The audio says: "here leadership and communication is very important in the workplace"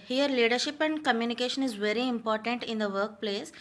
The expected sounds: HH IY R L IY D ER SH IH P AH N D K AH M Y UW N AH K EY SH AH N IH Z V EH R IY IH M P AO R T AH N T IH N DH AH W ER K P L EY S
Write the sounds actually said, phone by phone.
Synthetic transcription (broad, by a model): HH IY R L IY D ER SH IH P AH N D K AH M Y UW N AH K EY SH AH N IH Z V EH R IY IH M P AO R T AH N T IH N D AH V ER K P L EY S